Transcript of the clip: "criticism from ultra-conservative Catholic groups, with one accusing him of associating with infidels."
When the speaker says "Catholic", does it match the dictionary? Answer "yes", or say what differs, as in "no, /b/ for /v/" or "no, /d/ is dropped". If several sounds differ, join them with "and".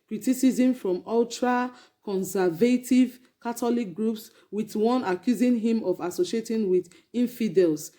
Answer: no, /t/ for /θ/